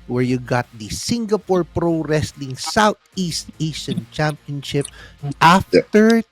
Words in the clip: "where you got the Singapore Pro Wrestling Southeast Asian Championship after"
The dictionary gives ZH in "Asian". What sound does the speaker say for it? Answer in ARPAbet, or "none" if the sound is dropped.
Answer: S